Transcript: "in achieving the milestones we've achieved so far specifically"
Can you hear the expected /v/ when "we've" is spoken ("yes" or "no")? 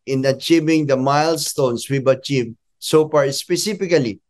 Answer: no